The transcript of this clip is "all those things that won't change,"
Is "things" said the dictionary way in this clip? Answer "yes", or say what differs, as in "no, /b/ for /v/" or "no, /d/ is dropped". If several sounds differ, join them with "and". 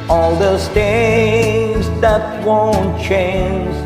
no, /t/ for /θ/ and /ŋ/ is dropped